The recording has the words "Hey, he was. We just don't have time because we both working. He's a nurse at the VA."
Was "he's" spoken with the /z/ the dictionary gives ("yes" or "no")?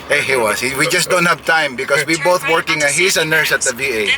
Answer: no